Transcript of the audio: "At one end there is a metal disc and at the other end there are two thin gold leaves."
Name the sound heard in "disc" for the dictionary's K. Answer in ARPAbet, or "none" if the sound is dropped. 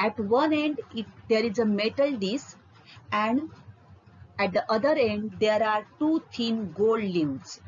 none